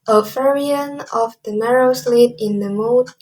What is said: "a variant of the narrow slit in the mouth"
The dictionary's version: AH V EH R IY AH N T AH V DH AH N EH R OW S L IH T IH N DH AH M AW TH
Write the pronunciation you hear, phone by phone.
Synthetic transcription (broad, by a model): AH F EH R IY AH N AH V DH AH N EH R OW S L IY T IH N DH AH M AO